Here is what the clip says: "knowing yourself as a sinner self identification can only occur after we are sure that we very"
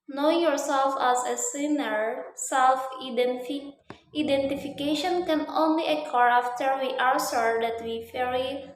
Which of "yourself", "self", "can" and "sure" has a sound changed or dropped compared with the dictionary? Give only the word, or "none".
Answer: sure